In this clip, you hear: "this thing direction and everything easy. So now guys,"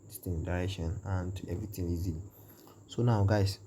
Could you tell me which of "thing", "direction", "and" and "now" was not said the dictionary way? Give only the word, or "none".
thing